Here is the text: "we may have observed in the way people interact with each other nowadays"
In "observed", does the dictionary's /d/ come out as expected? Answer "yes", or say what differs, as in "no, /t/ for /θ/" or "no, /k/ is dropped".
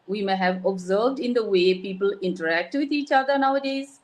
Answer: yes